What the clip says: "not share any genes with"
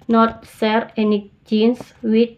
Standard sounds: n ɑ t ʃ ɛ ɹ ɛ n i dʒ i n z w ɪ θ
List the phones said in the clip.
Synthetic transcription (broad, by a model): n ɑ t s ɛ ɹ ɛ n i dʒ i n s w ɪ